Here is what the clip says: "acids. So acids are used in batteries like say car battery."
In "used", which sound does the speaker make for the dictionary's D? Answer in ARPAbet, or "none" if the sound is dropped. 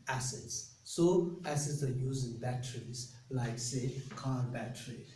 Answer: none